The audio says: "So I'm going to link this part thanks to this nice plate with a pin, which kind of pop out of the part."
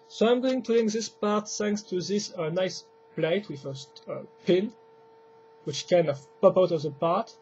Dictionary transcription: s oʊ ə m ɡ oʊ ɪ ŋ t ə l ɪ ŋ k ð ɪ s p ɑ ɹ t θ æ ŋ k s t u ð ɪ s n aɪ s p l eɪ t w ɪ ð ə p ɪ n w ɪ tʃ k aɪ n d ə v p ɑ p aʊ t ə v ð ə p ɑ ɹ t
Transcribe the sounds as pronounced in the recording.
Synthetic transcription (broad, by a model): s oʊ ə m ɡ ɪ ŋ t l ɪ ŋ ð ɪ s p ɑ ɹ t s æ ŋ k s t u ð ɪ s n aɪ s p l eɪ t w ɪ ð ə p ɪ n w ɪ tʃ k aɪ n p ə p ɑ ʊ t ə v ð ə p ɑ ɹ t